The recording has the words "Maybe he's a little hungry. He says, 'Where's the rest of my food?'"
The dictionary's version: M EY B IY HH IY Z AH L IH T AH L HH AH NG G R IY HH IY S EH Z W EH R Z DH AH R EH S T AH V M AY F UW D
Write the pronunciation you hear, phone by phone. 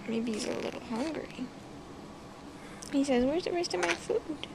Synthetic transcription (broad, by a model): M EY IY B IY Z AH L IH T L HH AH NG G R IY HH IY S EH Z W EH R Z DH AH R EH S T AH V M AY F UW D